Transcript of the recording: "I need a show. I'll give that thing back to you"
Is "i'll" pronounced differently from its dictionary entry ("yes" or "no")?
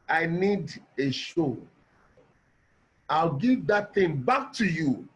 no